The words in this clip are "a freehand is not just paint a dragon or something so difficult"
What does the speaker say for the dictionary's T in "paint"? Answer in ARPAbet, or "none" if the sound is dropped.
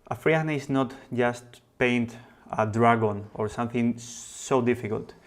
T